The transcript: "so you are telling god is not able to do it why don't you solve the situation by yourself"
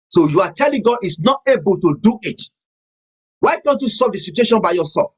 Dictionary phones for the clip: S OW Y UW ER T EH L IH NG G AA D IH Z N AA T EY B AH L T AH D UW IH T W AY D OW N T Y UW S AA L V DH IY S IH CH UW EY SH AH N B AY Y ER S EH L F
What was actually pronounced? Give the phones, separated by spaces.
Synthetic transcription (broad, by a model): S OW Y UW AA T EH L IH NG G AA D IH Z N AA T EY B AH L T AH D UW IH T W AY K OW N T Y UW S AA V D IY S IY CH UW EY SH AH N B AY Y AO S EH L F